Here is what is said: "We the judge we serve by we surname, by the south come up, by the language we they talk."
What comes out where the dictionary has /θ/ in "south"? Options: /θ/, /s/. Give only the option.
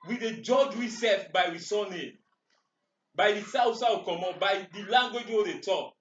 /s/